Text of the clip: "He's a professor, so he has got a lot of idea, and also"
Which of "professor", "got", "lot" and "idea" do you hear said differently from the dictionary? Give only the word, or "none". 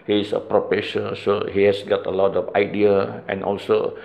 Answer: professor